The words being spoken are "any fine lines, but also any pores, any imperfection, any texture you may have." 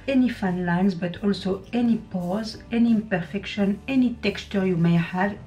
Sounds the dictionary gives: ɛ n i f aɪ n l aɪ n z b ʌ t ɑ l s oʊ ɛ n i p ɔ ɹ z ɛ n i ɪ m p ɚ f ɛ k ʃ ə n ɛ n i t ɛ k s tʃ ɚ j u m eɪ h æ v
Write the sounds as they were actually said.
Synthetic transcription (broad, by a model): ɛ n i f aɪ n l aɪ n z b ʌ t ɑ l s oʊ ɛ n i p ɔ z ɛ n i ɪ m p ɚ f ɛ k ʃ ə n ɛ n i t ɛ k s tʃ ɚ j u m eɪ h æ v